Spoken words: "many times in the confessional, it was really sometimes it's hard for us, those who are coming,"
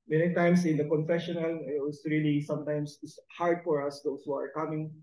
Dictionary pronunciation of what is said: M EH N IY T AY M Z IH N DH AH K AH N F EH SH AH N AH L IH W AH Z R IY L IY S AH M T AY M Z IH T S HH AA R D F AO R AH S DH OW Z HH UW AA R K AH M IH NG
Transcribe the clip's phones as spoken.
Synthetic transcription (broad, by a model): M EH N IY T AY M S IH N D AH K AH N F EH SH AH N AH L IH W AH S R IY L IY S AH M T AY M S IH T S HH AA R D F AO R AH S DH OW S HH UW AA R K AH M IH NG